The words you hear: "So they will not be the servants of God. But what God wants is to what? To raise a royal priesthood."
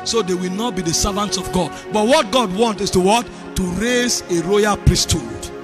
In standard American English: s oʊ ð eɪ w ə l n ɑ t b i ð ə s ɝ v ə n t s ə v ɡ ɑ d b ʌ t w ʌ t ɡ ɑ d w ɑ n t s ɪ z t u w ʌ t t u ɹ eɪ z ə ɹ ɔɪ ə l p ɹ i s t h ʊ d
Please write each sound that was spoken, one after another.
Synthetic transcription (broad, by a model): s oʊ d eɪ w ə l n ɑ t b i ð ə s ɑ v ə n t s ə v ɡ ɑ d b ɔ t w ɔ t ɡ ɑ d w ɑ n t ɪ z t u w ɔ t t u ɹ eɪ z ə ɹ ɔɪ ə l p ɹ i s t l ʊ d